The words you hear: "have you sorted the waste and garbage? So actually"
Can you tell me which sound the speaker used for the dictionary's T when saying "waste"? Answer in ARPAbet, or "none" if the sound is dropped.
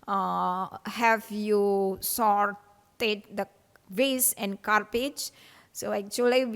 none